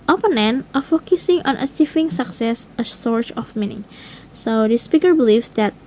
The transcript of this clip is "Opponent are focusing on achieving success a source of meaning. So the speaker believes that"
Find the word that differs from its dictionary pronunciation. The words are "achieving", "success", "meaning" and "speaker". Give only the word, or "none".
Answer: achieving